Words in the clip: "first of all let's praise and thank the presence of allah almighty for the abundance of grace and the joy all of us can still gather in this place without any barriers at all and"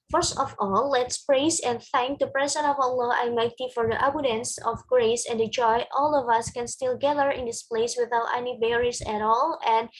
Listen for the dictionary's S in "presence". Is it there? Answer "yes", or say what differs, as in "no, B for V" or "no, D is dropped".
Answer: no, S is dropped